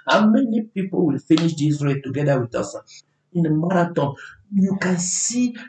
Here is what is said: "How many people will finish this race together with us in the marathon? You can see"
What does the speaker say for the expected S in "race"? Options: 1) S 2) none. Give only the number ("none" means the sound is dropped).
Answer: 2